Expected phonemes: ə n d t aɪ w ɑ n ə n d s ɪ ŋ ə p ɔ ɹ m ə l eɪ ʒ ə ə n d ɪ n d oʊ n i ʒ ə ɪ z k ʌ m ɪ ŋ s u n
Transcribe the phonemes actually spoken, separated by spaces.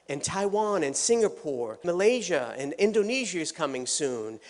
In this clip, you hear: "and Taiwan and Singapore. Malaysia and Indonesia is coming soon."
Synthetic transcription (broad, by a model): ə n t aɪ w ɑ n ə n s ɪ ŋ ə p ɔ ɹ m ə l eɪ ʒ ə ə n ɪ n d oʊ n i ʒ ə ɪ z k ʌ m ɪ ŋ s u n